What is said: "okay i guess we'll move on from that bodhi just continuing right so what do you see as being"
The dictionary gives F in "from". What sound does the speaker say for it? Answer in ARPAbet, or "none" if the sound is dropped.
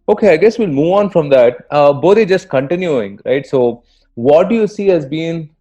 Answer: F